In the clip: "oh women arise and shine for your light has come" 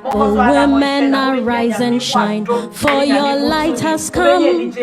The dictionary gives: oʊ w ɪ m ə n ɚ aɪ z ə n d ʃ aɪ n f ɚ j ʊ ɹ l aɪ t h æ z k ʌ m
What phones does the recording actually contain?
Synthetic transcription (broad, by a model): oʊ w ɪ m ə n ɚ aɪ z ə n ʃ aɪ n f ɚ j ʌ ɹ l aɪ t h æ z k ʌ m